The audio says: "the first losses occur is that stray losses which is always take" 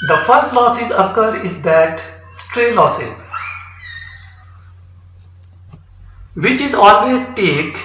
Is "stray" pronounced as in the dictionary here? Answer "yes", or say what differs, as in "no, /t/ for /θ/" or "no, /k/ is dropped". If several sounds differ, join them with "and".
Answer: yes